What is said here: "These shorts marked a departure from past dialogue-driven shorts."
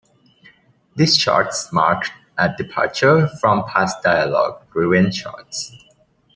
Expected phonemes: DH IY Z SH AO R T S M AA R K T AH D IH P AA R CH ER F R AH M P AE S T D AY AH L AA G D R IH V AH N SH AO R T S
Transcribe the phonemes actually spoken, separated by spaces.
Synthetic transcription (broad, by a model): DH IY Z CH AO R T S M AA R K T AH D IH P AA R CH ER F R AH M P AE S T D AY AH L AA G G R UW AH N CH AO R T S